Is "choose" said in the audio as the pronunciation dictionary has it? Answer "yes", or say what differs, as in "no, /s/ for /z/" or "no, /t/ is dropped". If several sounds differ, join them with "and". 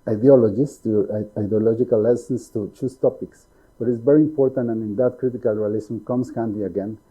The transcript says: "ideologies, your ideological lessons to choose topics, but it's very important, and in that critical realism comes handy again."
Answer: no, /s/ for /z/